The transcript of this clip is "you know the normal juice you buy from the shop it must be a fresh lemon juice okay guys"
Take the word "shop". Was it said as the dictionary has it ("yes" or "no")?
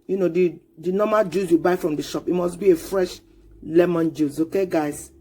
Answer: yes